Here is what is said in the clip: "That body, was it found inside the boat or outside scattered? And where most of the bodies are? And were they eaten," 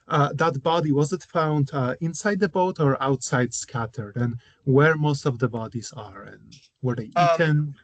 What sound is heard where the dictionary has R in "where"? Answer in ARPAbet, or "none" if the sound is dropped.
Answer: R